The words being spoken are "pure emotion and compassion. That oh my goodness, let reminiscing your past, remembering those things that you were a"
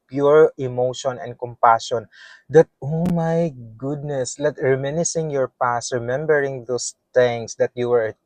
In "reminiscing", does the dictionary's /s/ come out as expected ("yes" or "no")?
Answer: yes